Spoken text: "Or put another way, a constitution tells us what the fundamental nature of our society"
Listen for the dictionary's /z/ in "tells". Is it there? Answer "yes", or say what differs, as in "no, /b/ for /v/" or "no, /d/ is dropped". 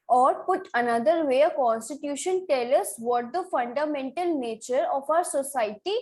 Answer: no, /z/ is dropped